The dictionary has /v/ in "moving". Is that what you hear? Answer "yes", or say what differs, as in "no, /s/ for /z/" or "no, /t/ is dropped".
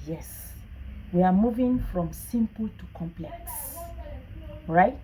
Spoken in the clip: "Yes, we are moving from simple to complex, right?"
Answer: yes